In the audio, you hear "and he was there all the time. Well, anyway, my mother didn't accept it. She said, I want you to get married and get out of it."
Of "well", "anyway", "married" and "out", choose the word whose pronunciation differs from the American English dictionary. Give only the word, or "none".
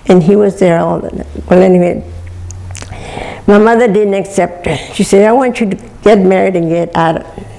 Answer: none